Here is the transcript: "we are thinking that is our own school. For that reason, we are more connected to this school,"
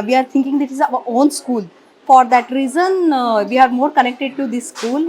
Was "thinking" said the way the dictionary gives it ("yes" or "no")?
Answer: no